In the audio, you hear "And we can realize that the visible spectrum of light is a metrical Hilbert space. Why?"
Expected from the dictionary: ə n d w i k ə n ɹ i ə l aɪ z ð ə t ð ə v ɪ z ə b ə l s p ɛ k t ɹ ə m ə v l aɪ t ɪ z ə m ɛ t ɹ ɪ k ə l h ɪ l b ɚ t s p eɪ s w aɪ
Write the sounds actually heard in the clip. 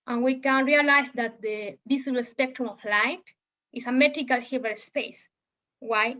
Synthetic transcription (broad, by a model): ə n w i k ə n ɹ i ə l aɪ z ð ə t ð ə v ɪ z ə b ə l s p ɛ k t ɹ ə m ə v l aɪ t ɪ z ə m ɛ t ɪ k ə l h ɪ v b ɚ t s p eɪ s w aɪ